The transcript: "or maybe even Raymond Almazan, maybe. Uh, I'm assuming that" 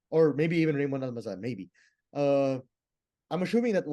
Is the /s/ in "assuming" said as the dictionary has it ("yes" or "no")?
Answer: no